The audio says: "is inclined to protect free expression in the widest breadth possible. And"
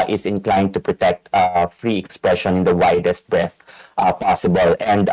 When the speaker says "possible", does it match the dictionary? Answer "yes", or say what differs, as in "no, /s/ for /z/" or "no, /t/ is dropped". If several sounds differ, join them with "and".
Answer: yes